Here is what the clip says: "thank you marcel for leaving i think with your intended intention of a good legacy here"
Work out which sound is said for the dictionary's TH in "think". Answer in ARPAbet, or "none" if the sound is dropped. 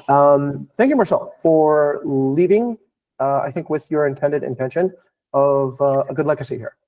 TH